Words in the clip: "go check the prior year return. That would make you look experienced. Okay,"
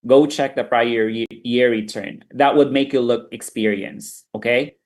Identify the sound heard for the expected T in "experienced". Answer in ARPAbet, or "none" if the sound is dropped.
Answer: none